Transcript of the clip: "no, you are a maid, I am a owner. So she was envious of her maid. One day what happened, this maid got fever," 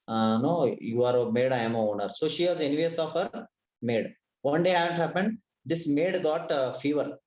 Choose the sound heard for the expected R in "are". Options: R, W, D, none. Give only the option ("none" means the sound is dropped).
R